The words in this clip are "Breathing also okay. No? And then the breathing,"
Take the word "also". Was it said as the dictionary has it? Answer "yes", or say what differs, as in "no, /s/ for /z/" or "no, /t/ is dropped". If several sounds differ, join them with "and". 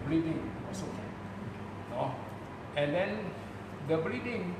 no, /l/ is dropped